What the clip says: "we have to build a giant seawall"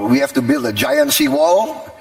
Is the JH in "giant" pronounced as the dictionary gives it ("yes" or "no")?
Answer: yes